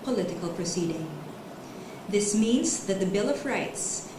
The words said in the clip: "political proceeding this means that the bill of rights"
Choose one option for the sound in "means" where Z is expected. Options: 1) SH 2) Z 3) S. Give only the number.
2